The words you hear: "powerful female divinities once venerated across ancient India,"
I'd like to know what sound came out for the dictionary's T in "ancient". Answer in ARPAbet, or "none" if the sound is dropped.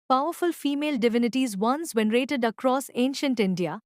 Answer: T